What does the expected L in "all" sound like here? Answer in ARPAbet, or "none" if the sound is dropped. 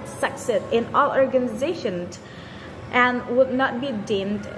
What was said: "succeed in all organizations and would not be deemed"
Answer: L